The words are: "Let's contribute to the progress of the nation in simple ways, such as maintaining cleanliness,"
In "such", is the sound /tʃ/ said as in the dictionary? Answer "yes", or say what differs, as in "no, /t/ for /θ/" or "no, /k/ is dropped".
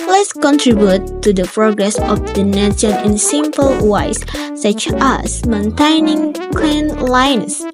yes